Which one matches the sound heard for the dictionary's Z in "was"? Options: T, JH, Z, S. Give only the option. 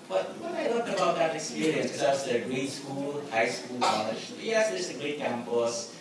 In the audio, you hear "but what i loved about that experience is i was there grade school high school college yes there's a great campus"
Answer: S